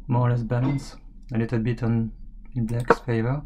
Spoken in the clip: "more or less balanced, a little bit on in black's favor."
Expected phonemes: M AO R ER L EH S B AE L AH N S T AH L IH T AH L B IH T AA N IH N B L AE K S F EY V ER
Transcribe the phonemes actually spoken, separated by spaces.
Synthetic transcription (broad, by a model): M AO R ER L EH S B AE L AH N S AH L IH T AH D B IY T AA N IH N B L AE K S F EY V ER